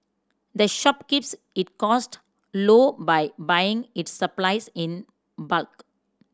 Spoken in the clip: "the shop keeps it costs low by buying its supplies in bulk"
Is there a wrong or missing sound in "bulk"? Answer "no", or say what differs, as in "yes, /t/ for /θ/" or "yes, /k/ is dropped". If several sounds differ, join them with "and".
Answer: no